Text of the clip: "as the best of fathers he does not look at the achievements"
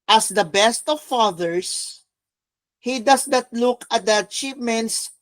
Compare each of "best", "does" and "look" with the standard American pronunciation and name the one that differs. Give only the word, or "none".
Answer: does